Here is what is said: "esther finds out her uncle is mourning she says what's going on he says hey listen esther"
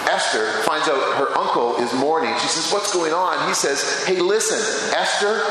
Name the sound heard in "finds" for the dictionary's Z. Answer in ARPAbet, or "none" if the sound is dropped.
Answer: Z